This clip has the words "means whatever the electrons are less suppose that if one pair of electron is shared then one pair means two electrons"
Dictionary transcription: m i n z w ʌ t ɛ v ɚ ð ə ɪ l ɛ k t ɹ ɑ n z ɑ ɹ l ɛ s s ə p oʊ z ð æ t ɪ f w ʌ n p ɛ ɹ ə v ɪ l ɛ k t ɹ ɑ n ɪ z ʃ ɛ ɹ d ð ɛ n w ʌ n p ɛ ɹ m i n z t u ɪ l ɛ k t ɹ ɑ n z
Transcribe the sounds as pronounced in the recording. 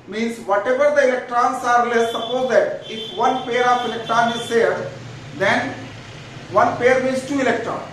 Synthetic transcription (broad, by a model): m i n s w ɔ t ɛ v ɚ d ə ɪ l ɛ k t ɹ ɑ n s ɑ ɹ l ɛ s s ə p oʊ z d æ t ɪ f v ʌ n p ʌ ɹ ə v ɪ l ɛ k t ɹ ɑ n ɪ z s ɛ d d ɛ n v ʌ n p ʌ ɹ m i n s t u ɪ l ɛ k t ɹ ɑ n